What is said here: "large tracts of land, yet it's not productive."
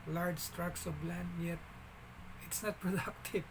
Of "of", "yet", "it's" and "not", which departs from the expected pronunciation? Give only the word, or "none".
of